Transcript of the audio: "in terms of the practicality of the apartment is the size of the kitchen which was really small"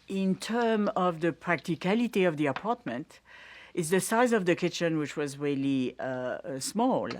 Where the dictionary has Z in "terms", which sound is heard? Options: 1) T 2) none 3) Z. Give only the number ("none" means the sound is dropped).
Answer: 2